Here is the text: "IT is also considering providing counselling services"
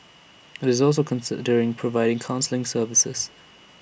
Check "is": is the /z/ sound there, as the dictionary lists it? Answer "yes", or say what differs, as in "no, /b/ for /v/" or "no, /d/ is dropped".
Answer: yes